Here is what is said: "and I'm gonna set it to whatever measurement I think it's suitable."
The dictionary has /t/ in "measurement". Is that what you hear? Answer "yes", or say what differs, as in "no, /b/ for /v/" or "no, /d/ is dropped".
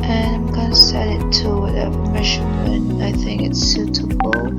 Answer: no, /t/ is dropped